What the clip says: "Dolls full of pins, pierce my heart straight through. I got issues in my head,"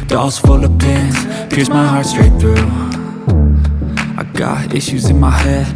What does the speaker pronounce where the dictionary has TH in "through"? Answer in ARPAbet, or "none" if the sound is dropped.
TH